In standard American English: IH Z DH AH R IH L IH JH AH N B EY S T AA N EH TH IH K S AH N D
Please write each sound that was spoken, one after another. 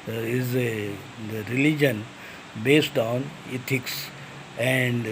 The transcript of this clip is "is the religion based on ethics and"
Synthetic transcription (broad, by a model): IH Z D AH R IH L IH JH AH N B EY S T AA N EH T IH K S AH N D